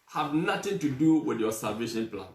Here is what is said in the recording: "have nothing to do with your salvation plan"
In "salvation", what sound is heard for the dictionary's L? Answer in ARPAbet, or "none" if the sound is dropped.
none